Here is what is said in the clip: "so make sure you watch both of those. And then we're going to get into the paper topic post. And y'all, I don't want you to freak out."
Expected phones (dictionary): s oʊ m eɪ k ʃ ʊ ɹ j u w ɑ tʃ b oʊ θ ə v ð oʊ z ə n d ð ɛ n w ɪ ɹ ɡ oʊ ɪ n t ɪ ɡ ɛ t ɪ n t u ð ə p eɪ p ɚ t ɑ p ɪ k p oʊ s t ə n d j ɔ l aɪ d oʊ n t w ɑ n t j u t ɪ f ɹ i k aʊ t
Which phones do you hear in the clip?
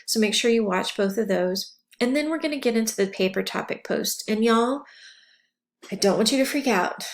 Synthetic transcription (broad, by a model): s oʊ m eɪ k ʃ ʊ ɹ j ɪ w ɑ tʃ b oʊ θ ə v ð oʊ z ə n ð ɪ n w ɪ ɹ ɡ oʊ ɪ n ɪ ɡ ɛ t ɪ n t u ð ə p eɪ p ɚ t ɑ p ɪ k p oʊ s t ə n j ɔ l aɪ d oʊ n t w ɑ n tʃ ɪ t ɪ f ɹ i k aʊ t